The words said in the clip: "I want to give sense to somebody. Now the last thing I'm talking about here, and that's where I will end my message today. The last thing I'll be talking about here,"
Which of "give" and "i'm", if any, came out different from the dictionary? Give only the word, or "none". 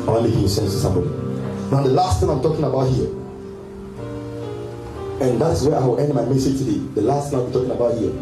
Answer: give